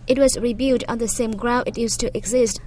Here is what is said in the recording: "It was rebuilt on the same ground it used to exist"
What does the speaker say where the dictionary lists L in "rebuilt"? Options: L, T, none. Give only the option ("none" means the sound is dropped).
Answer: none